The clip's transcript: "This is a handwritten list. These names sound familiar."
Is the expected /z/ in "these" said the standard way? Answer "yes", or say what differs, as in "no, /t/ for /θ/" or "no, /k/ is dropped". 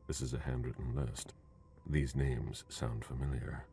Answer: yes